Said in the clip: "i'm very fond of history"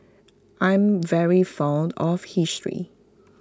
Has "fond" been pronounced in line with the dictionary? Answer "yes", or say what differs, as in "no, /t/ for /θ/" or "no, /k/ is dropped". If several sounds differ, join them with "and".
yes